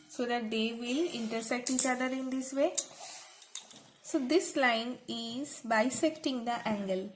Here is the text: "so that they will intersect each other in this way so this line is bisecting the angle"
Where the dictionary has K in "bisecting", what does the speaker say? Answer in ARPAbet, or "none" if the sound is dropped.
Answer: K